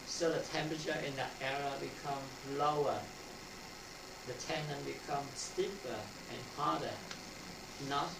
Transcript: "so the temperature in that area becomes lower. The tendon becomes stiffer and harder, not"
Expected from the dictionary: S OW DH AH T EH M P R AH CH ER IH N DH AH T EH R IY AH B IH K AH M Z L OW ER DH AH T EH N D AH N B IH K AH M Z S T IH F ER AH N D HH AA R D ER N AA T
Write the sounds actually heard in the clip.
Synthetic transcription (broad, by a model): S OW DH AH T EH M P R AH CH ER IH N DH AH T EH R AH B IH K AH M L OW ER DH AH T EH N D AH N B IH K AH M S T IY P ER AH N HH AA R D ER N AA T